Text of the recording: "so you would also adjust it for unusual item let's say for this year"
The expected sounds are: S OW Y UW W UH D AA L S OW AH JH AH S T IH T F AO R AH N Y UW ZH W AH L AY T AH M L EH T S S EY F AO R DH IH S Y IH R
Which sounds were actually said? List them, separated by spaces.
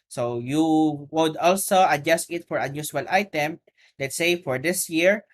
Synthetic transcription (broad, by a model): S OW Y UW W UH D AA L S OW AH JH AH S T IH T F AO R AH N Y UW SH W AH L AY T AH M L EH T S S EY F AO R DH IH S Y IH R